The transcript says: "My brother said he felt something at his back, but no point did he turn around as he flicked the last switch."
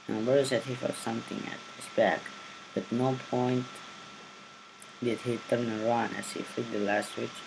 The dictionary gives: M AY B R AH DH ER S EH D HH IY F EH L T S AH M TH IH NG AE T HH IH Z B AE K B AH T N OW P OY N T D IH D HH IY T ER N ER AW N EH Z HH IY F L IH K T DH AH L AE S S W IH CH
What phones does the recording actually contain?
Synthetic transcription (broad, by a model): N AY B AH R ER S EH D HH IY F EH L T S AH M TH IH NG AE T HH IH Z B AE K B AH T N OW P OY N T D IH D HH IY T ER N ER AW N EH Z HH IY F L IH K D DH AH L AE S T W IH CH